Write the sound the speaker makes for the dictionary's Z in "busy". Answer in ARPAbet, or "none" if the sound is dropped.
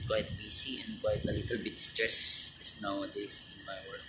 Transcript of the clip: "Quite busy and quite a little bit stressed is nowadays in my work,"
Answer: S